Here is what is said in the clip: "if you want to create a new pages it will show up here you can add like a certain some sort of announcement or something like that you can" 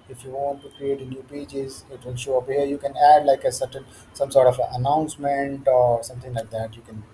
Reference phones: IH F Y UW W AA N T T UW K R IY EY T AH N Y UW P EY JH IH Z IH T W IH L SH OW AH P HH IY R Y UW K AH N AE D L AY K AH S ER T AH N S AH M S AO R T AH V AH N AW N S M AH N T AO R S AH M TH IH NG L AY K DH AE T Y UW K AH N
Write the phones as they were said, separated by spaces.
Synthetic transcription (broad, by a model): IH F Y UW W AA N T T UW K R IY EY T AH N Y UW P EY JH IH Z IH T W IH L SH OW AH P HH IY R Y UW K AH N AE D L AY K AH S ER T AH N S AH M S AO R T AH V AH N AW N S M AH N T AO R S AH M T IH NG L AY K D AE T Y UW K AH N